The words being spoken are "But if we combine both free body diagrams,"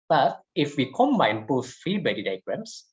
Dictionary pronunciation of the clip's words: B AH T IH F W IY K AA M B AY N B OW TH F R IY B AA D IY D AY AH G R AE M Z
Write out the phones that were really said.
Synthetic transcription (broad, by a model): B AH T IH F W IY K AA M AY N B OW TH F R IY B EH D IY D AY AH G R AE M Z